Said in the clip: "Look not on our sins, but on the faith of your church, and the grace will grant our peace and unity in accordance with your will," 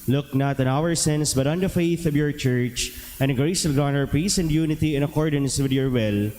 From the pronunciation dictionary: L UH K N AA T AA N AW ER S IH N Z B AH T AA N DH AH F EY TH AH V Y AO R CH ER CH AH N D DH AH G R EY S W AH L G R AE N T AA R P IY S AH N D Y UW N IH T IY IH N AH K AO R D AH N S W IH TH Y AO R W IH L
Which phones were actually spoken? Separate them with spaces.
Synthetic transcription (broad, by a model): L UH K N AA T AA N AW ER S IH N S B AH T AA N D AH F EY TH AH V Y AO R CH ER CH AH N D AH G R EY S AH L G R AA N AA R P IY S AH N D Y UW N IH T IY IH N AH K AO R D AH N S W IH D Y AO R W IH L